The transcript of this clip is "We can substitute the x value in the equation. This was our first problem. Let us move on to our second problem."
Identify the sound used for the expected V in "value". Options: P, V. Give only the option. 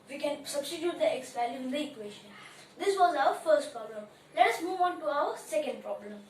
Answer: P